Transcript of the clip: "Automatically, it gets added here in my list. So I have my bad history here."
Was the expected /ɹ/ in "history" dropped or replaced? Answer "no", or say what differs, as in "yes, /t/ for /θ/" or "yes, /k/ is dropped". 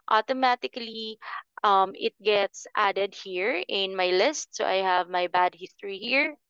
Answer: no